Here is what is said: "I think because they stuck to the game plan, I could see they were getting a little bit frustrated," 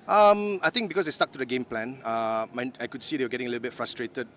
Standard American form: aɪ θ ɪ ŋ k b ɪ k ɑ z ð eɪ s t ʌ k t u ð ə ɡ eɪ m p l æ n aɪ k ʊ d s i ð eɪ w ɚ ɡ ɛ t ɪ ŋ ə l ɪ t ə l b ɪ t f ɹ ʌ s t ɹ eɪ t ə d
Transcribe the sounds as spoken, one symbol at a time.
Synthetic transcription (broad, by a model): aɪ t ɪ ŋ k b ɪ k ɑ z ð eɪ s t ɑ k t u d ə ɡ eɪ m p l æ n aɪ k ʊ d s i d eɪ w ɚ ɡ ɛ t ɪ ŋ ə l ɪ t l b ɪ t f ɹ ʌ s t ɹ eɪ t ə d